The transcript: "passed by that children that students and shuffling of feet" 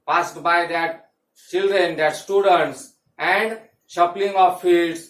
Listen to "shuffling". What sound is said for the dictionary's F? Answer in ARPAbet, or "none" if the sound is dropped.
P